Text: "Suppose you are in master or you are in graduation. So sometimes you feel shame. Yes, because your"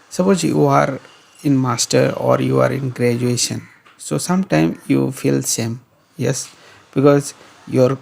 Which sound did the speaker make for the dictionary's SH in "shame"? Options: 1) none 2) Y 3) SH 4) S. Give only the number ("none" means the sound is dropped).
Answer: 4